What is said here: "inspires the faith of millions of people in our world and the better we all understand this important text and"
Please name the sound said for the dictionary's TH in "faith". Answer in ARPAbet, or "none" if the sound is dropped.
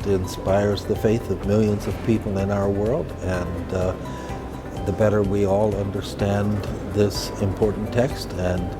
TH